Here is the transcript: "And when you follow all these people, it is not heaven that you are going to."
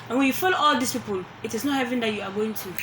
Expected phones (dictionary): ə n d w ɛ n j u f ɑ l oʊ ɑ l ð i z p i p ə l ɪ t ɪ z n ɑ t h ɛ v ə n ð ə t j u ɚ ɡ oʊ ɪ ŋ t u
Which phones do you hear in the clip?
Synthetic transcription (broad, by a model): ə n w ɛ n j u f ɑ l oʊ ɑ l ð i s p i p ə l ɪ t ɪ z n ɑ t h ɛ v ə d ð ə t j u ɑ ɡ oʊ ɪ ŋ t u